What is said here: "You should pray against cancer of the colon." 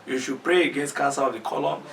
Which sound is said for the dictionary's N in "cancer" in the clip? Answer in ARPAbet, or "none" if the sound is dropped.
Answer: none